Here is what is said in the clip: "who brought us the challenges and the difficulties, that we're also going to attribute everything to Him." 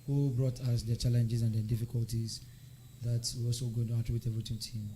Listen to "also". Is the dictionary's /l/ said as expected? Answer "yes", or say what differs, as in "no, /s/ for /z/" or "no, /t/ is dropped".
no, /l/ is dropped